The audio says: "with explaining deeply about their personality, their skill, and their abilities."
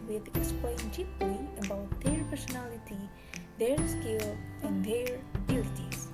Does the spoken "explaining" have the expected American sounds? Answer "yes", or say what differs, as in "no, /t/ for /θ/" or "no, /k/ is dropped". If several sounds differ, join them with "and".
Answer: no, /n/ is dropped